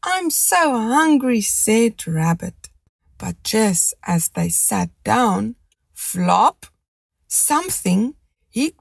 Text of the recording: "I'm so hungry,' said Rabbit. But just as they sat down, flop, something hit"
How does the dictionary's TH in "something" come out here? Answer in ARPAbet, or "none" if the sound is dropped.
TH